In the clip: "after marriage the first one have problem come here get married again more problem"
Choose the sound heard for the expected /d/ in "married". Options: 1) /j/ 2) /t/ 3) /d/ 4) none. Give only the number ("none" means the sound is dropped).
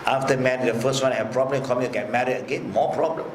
4